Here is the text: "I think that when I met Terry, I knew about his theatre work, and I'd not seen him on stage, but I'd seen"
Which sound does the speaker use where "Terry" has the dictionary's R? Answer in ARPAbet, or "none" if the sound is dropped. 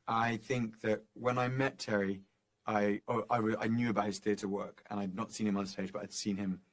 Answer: W